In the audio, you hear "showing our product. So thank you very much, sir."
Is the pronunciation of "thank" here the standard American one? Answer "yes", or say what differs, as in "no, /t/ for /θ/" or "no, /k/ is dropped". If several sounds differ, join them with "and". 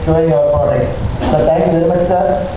no, /t/ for /θ/